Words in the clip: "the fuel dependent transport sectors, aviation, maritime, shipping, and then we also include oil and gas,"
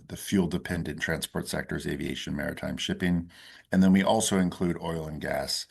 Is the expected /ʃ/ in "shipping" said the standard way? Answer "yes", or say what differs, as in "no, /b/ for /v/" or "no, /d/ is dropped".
yes